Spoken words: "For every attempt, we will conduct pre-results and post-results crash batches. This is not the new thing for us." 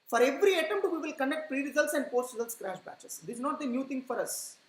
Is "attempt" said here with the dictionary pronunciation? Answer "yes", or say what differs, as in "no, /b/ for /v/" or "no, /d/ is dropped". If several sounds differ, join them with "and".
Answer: no, /p/ is dropped